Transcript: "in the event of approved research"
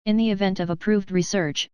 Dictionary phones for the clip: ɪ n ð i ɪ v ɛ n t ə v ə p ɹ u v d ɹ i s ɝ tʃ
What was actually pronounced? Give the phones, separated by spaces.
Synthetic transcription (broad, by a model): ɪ n ð i ɪ v ɛ n t ə v ə p ɹ u v d ɹ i s ɝ tʃ